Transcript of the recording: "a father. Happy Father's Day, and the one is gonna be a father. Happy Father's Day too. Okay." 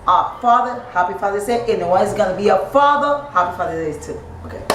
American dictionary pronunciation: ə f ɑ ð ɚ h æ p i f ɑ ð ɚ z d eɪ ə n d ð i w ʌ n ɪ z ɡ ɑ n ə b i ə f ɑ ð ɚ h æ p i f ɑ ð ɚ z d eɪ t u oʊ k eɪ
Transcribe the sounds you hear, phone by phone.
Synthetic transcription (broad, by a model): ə f ɑ ð ɚ h æ p i f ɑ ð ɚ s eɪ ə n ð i w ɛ ɪ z ɡ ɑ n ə b i ə f ɑ ð ɚ h æ p i f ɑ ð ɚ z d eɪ t u oʊ k eɪ